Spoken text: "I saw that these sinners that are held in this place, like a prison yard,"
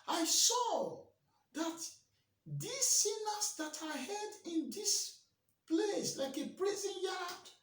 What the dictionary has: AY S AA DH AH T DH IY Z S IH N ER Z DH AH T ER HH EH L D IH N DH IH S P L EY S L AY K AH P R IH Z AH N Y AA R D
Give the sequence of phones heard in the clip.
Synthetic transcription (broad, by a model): AY S AA DH AH T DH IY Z S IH N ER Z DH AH T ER HH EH D IH N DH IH S P L EY S L AY K AH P R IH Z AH N Y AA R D